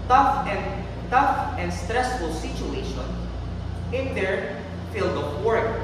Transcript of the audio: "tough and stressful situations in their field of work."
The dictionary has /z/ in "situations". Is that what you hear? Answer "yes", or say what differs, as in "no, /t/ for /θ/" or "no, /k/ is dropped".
no, /z/ is dropped